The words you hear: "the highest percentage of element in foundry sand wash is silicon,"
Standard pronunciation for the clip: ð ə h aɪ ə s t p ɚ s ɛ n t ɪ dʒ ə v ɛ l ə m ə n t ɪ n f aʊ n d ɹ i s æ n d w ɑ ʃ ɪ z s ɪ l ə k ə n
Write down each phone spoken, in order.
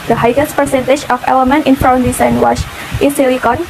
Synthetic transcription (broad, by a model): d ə h aɪ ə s p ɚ s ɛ n t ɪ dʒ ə f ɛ l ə m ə n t ɪ n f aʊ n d i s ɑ n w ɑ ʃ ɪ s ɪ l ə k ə n